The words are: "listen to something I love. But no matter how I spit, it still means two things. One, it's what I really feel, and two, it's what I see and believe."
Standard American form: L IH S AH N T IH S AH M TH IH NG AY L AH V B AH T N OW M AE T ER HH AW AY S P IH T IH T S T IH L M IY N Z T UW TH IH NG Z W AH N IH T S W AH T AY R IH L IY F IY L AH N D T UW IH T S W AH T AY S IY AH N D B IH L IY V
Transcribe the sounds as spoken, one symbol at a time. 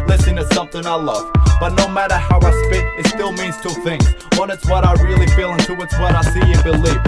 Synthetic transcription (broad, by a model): L IH S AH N T IH S AH M TH IH NG AY L AH V B AH T N OW M AE T ER HH AW AY S P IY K IH T S T IH L M IY N Z T UW TH IH NG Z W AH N IH T S W AH T AY R IH L IY F IY L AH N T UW IH T S W AH T AY S IY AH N B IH L IY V